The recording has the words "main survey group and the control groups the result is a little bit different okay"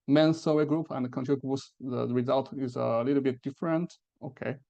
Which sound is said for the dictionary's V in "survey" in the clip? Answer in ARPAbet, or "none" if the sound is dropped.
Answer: W